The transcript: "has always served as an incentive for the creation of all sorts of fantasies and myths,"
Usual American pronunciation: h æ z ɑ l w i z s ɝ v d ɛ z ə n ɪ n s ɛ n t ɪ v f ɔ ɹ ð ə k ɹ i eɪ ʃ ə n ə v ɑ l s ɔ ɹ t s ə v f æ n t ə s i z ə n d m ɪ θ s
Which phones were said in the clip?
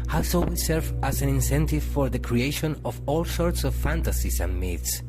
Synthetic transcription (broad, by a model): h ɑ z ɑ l w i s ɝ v ɑ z ə n ɪ n s ɛ n t ɪ v f ɔ ɹ ð ə k ɹ i eɪ ʃ ə n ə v ɑ l s ɔ ɹ t s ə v f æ n t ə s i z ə n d m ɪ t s